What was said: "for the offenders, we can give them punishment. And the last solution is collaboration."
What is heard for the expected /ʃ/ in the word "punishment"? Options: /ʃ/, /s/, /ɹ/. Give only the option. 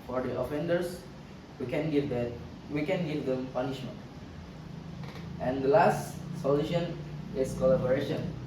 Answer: /ʃ/